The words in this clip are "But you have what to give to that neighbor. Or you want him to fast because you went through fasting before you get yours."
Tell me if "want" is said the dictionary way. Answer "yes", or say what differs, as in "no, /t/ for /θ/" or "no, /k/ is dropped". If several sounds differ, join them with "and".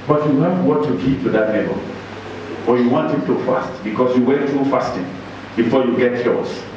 yes